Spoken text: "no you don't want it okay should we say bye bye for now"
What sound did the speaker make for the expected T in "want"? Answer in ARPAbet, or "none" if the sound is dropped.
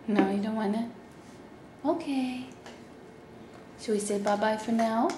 none